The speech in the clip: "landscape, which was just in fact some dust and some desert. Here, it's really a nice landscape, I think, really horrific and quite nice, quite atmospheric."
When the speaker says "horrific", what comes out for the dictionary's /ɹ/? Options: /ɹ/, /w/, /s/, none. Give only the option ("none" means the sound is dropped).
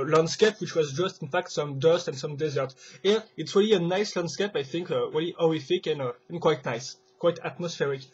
none